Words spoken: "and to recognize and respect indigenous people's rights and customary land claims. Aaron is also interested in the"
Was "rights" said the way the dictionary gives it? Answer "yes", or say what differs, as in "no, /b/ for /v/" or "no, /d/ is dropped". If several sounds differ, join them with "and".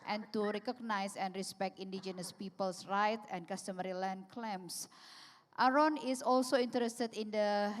no, /s/ is dropped